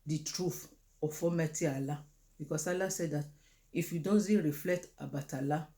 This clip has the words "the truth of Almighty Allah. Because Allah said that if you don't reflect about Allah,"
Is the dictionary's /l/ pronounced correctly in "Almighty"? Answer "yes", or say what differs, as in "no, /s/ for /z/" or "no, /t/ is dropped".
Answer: no, /l/ is dropped